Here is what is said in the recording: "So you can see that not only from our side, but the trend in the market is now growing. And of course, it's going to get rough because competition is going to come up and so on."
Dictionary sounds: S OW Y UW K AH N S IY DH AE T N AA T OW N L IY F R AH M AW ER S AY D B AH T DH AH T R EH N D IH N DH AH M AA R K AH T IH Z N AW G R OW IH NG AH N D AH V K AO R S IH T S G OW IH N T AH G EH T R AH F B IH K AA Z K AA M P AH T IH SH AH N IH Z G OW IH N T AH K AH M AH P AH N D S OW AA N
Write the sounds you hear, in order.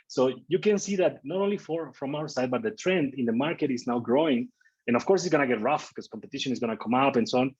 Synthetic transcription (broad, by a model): S OW Y UW K AH N S IY DH AE T N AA T OW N L IY F R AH M AW ER S AY D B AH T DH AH T R EH N D IH N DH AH M AA R K AH T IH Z N AW G R OW IH NG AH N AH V K AO R S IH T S G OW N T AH G EH T R AH F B K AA S K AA M P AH T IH SH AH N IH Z G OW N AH K AH M AH P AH N S OW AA N